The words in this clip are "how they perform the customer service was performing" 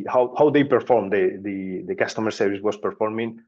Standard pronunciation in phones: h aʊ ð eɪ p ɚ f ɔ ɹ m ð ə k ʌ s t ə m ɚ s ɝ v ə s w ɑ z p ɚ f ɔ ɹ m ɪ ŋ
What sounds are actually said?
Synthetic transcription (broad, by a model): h aʊ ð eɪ p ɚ f ɔ ɹ m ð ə k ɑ s t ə m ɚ s ɝ v ə s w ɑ s p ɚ f ɔ ɹ m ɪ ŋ